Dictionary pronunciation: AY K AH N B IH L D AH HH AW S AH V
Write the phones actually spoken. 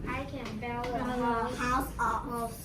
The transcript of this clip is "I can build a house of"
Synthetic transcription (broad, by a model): AY K AH N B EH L AH HH AW S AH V